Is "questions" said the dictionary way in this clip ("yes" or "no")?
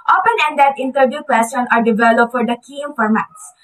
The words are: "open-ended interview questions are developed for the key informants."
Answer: no